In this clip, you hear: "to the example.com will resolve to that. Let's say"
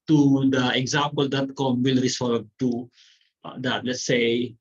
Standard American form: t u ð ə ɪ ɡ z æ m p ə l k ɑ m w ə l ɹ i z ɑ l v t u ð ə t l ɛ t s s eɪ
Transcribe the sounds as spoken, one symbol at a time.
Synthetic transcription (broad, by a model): t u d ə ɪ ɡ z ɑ m p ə l k ɑ m w ə l ɹ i s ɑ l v t u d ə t l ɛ t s s eɪ